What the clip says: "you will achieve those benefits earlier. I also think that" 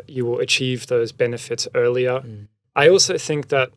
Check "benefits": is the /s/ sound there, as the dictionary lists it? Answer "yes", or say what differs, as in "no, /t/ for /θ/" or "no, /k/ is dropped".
yes